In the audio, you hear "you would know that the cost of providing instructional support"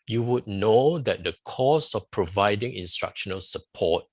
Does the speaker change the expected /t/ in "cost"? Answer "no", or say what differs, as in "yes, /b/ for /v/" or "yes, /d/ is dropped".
yes, /t/ is dropped